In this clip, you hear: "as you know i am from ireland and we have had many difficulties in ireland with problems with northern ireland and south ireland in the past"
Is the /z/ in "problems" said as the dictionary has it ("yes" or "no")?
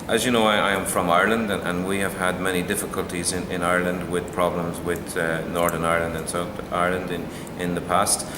yes